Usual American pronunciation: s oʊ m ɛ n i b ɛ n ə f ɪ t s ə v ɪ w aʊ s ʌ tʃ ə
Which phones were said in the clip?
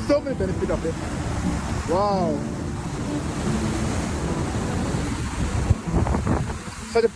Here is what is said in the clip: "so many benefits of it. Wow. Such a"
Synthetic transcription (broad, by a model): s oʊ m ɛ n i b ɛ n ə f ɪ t ə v ɪ w aʊ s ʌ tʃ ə